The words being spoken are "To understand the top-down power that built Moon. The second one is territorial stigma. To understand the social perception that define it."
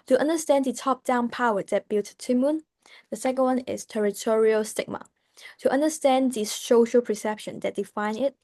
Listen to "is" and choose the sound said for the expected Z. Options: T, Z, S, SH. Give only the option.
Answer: S